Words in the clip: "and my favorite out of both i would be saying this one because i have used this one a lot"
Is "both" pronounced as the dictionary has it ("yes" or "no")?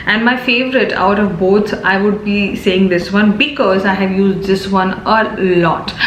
no